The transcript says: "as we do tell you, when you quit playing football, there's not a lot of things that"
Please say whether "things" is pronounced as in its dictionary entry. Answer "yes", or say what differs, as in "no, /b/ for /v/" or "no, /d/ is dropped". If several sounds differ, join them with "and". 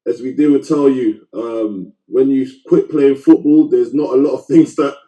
yes